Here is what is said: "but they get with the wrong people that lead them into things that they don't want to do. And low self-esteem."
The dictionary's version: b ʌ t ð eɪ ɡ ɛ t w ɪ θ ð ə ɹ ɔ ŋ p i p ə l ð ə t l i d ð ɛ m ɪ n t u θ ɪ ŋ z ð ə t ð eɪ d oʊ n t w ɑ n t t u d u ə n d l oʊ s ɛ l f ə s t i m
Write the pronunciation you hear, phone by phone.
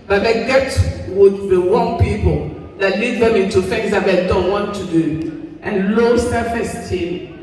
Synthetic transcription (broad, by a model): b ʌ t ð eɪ ɡ ɛ t w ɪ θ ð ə w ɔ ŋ p i p ə l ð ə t l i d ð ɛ m ɪ n t u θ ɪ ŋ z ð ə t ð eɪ d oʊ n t w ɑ n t t u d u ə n l oʊ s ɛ f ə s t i